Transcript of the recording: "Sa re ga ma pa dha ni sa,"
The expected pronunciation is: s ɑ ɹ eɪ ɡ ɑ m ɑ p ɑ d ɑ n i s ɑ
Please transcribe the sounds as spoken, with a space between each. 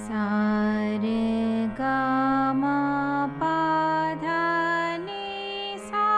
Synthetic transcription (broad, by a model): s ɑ ɹ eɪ ɡ ɑ m ɑ p ɑ d ɑ n i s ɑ